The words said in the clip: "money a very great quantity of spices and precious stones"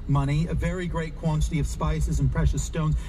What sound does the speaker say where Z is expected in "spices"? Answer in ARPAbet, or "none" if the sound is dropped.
Z